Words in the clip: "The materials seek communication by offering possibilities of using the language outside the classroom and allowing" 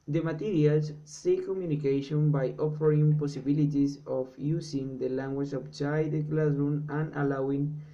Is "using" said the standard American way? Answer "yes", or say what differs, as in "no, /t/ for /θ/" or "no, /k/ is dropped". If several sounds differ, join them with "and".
no, /s/ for /z/